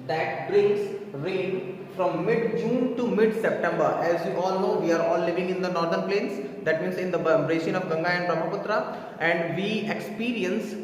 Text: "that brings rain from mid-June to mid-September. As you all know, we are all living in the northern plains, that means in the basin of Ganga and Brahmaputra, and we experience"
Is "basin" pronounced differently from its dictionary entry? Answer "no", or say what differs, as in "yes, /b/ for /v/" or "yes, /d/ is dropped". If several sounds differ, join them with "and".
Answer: yes, /ʃ/ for /s/